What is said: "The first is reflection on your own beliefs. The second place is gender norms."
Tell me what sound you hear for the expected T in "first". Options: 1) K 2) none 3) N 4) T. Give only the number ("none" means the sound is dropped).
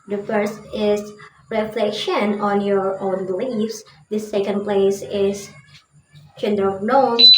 4